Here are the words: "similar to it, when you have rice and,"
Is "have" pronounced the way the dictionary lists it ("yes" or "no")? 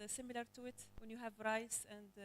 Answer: yes